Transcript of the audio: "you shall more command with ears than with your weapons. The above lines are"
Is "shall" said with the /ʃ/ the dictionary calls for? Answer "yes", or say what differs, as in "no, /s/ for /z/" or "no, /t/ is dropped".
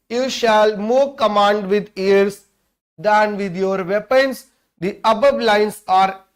yes